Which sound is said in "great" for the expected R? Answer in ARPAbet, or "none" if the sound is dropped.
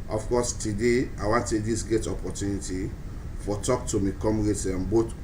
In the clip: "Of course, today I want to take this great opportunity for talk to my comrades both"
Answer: none